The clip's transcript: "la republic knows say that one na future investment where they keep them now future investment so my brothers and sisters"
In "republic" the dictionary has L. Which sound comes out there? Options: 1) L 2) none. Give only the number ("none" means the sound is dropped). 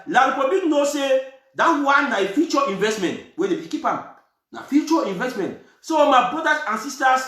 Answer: 2